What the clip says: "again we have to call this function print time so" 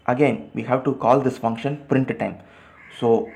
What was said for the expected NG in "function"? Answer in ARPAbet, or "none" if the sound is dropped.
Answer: NG